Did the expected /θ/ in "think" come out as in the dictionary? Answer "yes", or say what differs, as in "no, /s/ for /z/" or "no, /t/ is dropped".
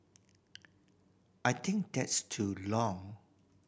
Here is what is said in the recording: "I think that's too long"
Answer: no, /t/ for /θ/